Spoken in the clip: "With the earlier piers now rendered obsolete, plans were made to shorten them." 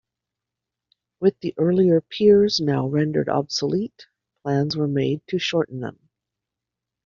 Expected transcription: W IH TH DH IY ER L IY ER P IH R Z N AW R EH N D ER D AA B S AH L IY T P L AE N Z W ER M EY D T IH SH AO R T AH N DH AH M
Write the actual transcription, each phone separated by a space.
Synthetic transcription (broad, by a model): W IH DH IY ER L IY ER P IH R Z N AW R EH N D ER D AA B S AH L IY T P L AE N Z W ER M EY D T IH SH AO R T N DH AH M